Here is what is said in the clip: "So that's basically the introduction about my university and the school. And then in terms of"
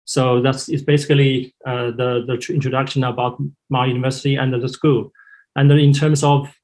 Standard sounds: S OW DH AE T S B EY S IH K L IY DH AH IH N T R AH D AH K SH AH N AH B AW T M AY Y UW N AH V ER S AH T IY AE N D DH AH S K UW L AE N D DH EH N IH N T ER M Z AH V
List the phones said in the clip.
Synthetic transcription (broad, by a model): S OW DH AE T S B EY S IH K L IY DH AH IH N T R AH D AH K SH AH N AH B AW T M AY Y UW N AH V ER S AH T IY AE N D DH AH S K UW L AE N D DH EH IH N T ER M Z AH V